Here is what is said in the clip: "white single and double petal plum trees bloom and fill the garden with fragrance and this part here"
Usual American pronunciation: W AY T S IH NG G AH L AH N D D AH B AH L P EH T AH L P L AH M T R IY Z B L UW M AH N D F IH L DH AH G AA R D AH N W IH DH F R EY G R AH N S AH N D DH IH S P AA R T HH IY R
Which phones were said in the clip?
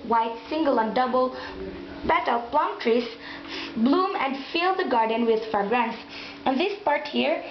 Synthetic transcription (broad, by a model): W AY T S IH NG G AH L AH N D D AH B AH L B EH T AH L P L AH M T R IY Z B L UW M AH N D F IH L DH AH G AA R D AH N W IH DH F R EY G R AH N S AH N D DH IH S P AA R T HH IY R